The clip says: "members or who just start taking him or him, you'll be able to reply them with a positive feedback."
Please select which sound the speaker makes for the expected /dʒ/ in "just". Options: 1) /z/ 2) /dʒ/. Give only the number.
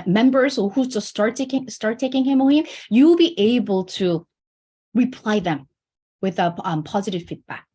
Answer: 1